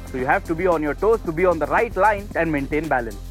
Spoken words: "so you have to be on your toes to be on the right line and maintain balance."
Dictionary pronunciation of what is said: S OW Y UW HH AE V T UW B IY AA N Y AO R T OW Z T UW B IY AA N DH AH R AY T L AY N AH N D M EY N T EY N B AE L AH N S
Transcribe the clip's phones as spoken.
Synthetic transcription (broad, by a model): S OW Y UW HH AE V T UW B IY AA N Y AO R T OW S T UW B IY AA N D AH R AY T L AY N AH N D M EY N T EY N B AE L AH N S